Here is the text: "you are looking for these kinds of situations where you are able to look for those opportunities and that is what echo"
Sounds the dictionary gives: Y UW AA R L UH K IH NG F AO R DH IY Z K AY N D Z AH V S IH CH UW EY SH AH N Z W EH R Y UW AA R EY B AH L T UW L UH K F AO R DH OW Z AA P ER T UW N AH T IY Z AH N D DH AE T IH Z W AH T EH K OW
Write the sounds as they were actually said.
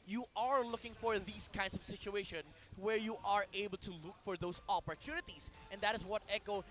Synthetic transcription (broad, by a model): Y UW AA R L UH K IH NG F AO R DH IY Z K AY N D S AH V S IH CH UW EY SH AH N W EH R Y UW AA R EY B AH L T UW L UH K F AO R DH OW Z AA P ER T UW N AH T IY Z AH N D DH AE T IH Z W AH T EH K OW